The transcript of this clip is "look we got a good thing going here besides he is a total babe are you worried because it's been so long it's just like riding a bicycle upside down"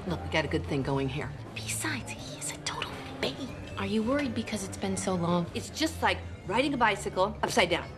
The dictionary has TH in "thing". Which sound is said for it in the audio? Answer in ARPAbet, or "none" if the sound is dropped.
TH